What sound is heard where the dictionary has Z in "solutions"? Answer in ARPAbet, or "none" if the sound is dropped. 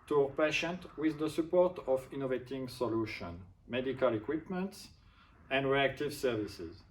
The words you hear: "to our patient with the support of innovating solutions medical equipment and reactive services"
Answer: none